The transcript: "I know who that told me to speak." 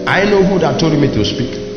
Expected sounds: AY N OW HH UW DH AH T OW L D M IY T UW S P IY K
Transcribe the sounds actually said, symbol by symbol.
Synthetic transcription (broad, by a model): AY N OW HH UW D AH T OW D M IY T UW S P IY K